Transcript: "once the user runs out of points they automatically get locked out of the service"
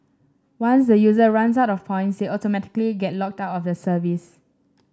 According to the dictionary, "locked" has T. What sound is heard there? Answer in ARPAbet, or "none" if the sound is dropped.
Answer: T